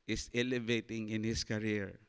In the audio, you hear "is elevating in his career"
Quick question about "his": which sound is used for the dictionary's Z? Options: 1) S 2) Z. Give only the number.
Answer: 1